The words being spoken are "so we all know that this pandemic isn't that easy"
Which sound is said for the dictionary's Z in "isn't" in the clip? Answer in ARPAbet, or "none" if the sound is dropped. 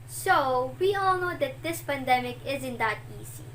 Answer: Z